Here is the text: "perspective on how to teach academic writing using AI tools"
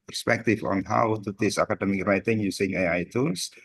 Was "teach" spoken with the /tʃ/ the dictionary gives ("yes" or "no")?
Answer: no